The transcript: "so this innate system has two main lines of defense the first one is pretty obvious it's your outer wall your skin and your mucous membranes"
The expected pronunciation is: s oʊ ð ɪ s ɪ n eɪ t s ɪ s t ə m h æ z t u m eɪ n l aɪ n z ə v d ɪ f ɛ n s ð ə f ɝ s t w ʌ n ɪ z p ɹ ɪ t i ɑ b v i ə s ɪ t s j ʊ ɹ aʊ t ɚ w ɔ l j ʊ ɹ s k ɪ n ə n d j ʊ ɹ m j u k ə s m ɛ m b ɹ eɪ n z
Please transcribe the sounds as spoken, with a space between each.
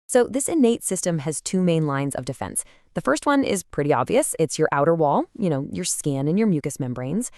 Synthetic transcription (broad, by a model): s oʊ ð ɪ s ɪ n eɪ t s ɪ s t ə m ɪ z t u m eɪ n l aɪ n z ə v d ɪ f ɛ n s ð ə f ɝ s t w ʌ n ɪ z p ɹ ɪ t i ɑ b v i ə s ɪ t s j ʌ ɹ aʊ t ɚ w ɔ l j ʊ ɹ s k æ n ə n j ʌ ɹ m j u k ə s m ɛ m b ɹ eɪ n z